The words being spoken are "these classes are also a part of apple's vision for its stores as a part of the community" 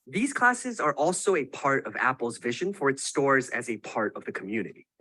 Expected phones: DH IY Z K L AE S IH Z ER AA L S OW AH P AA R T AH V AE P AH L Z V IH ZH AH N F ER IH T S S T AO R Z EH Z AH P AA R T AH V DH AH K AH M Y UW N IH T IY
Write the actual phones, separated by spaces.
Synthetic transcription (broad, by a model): DH IY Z K L AE S IH Z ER AA L S OW AH P AA R T AH V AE P L Z V IH ZH AH N F ER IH T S S T AO R Z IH Z AH P AA R T AH V DH AH K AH M Y UW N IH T IY